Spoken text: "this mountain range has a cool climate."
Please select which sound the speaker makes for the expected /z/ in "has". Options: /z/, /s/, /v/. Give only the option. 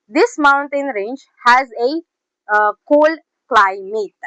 /z/